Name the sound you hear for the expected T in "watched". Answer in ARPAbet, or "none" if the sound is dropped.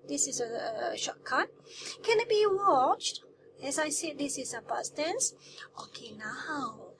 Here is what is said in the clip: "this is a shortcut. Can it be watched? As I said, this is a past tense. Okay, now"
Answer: T